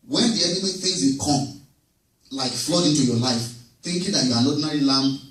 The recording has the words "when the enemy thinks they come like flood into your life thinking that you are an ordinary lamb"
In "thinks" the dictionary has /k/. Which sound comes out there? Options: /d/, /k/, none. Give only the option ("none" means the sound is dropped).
none